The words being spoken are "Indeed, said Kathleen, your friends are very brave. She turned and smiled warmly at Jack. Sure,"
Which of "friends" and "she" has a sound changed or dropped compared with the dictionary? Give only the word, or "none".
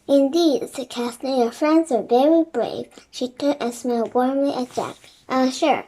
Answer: none